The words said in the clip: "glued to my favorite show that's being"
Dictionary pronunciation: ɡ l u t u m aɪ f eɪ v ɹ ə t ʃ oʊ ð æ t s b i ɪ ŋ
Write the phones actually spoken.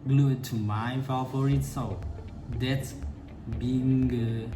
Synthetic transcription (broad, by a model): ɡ l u t u m aɪ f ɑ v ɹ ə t s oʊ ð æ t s b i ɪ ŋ